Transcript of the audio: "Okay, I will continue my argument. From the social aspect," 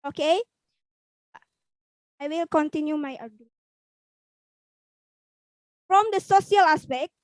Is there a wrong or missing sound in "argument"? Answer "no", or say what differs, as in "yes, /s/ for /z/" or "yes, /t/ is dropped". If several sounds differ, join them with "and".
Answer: yes, /m/ is dropped